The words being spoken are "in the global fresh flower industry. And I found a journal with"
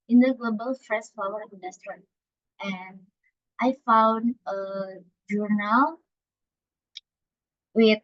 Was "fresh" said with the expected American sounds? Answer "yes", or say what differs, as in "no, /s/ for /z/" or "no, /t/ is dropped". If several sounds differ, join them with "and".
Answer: no, /s/ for /ʃ/